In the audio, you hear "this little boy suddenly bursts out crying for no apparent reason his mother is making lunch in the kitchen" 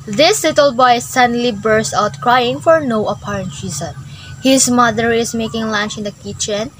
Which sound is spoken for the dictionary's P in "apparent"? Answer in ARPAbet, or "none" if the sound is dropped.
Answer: P